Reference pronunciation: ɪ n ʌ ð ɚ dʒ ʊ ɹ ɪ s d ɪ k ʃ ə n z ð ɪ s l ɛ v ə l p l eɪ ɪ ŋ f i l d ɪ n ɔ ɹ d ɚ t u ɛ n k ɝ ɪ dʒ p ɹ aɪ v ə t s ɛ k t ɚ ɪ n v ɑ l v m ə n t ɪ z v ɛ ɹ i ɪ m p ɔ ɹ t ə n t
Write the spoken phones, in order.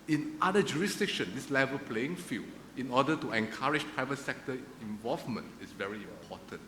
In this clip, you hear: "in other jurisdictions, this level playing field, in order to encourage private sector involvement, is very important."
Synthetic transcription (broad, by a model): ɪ n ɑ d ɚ dʒ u ɹ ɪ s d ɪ k ʃ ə n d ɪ s l ɛ v ə l p l eɪ ɪ ŋ f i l ɪ n ɔ d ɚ t u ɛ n k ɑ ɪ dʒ p ɹ aɪ v ə t s ɛ k t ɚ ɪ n v ɑ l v m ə n t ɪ s v ɛ ɹ i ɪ m p ɔ t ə n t